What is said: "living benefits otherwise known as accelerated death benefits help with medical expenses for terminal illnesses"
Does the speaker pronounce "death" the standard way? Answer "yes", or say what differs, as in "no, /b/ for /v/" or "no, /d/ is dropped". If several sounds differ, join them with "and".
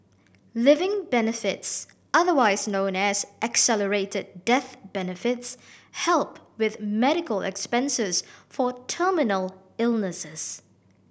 yes